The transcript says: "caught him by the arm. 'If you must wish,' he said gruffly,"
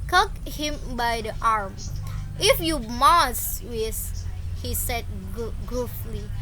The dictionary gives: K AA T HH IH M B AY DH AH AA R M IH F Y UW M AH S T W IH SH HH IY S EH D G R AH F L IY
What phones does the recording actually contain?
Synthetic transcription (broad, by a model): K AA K HH IH M B AY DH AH AA R M IH F Y UW M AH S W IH S HH IY S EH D G R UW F L IY